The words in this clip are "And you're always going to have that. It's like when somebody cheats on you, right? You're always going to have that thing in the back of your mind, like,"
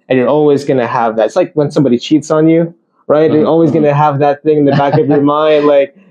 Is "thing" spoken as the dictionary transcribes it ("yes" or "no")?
yes